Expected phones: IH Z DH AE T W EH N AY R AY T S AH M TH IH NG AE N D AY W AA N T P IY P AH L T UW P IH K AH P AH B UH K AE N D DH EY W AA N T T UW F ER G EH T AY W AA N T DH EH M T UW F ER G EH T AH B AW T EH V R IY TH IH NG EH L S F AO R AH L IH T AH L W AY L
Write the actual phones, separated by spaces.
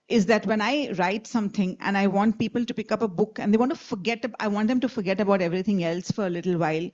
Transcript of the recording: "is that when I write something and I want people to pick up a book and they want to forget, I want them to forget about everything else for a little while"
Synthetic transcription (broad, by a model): IH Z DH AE T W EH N AY R AY T S AH M T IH NG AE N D AY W AA N T P IY P AH L T UW P IH K AH P AH B UH K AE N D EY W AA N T T UW F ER G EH T AY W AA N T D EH M T UW F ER G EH T AH B AW T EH V R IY T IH NG EH L S F AO R AH L IH T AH L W AY L